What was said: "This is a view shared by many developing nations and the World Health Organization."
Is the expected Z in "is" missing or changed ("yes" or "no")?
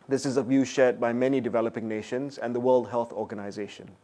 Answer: no